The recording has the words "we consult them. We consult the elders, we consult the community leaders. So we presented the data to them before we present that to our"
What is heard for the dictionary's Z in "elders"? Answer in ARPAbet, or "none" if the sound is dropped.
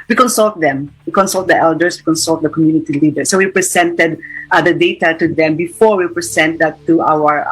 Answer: S